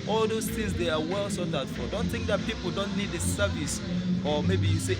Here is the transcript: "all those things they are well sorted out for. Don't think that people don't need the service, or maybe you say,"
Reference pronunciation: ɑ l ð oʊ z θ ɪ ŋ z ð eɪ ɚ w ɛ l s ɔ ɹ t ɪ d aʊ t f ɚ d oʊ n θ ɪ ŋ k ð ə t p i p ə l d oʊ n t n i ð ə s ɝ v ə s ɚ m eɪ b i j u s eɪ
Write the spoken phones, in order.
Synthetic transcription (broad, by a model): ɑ l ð oʊ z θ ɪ ŋ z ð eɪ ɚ w ɛ l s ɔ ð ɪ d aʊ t f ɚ d oʊ n θ ɪ ŋ k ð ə t p i p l d oʊ n t n i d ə s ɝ v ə s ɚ m eɪ b i j u s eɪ